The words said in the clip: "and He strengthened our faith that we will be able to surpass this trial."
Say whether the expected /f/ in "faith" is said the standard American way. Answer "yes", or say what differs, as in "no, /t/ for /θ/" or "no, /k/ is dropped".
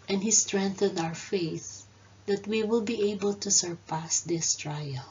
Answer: yes